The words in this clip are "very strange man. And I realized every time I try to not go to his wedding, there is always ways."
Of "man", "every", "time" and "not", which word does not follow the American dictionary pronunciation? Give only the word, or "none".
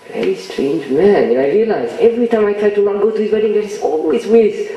not